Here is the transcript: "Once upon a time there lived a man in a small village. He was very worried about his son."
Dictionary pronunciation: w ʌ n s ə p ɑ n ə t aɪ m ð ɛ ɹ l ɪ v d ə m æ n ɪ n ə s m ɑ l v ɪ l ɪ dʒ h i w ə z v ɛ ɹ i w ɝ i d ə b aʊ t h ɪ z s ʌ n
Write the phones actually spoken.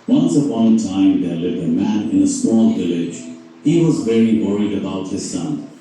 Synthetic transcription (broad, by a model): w ʌ n s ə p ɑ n t aɪ m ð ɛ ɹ l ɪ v ə m æ n ɪ n ə s m ɑ l v ɪ l ɪ dʒ h i w ə z v ɛ ɹ i w ɝ i d ə b aʊ t h ɪ z s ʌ n